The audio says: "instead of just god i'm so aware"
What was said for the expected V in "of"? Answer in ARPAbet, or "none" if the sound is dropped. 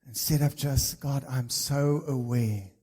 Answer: P